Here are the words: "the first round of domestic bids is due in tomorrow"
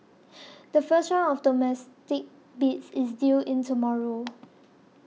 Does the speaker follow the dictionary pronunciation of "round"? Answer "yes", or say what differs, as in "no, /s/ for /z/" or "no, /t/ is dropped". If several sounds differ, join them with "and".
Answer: no, /d/ is dropped